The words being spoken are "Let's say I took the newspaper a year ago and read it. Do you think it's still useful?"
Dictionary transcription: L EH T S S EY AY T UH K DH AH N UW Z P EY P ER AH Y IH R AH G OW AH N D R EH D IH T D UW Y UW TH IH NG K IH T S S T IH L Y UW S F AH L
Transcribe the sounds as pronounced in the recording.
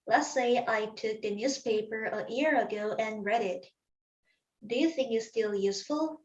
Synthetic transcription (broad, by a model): L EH T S S EY AY T UH K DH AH N UW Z P EY P ER AH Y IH R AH G OW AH N R EH D IH T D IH Y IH TH IH NG K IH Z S S T IH L Y UW S F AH L